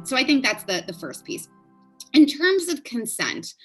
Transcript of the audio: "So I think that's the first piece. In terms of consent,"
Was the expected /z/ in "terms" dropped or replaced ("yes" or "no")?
no